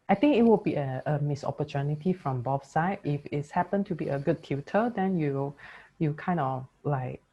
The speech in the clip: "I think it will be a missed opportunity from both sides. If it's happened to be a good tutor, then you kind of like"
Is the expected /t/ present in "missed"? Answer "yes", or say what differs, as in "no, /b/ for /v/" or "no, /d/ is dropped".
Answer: no, /t/ is dropped